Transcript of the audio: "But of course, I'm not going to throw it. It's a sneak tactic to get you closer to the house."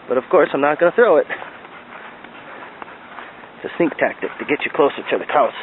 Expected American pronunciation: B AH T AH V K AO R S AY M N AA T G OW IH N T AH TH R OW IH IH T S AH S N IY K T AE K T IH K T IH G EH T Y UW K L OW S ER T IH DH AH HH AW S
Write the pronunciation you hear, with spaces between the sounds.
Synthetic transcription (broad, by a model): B AH T AH V K AO R S AY M N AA T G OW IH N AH TH R OW IH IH T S AH S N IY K T AE K T IH K T IH G EH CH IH K L OW S ER T IH DH AH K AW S